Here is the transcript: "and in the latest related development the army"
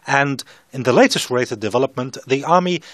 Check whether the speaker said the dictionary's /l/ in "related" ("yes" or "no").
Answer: no